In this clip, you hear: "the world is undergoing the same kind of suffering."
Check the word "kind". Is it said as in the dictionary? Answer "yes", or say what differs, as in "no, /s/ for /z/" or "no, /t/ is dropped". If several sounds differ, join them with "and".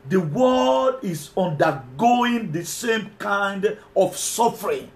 yes